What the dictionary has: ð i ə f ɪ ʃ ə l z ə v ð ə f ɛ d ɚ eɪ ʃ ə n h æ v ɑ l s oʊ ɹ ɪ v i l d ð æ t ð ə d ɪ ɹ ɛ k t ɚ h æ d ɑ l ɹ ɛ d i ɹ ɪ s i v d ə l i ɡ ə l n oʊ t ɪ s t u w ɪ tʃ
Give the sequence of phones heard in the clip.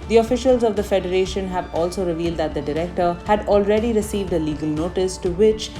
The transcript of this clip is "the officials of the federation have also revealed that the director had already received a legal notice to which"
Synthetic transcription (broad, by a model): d i ə f ɪ ʃ ə l z ə v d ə f ɛ d ɚ eɪ ʃ ə n h æ v ɑ l s oʊ ɹ ɪ v i l d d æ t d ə d ɪ ɹ ɛ k t ɚ h æ d ɑ l ɹ ɛ d i ɹ ɪ s i v d ə l i ɡ ə l n oʊ t ɪ s t u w ɪ tʃ